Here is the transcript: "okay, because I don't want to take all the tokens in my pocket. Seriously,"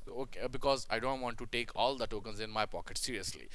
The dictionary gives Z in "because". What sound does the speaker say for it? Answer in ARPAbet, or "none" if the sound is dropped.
Z